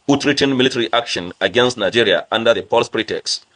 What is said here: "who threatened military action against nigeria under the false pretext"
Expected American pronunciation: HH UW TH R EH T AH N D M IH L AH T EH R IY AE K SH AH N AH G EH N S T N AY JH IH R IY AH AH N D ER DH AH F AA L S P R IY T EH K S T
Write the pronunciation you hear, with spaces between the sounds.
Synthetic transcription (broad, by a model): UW T R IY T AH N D M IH L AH T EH R IY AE K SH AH N AH G EH N S T N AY JH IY R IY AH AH N D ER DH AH P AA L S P R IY T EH K S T